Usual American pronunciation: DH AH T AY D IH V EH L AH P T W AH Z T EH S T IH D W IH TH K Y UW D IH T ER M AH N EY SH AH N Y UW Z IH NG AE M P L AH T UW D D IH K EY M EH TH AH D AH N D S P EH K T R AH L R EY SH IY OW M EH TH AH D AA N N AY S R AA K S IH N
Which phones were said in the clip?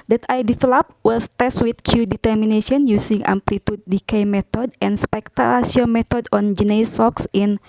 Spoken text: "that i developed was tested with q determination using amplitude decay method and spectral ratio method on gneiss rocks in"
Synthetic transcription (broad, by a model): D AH T AY D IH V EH L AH P W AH S T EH S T W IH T K Y UW D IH T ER M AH N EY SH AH N Y UW S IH NG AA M P L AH T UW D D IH K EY M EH T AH D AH N S P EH K T AH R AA S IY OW M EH T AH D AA N N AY S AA K S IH N